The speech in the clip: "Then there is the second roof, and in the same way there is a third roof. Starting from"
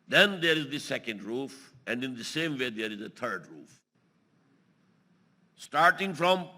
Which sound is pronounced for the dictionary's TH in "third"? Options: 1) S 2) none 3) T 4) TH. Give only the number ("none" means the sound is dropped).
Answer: 3